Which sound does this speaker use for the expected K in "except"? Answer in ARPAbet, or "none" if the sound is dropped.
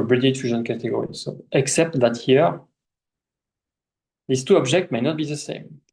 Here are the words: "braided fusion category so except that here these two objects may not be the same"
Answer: K